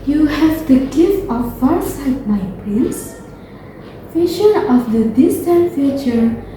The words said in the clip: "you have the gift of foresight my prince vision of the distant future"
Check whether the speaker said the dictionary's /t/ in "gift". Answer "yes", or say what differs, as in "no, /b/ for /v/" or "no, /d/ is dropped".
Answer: no, /t/ is dropped